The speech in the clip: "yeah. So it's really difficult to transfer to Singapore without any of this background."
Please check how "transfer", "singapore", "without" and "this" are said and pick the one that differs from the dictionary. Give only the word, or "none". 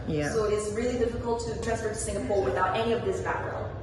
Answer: transfer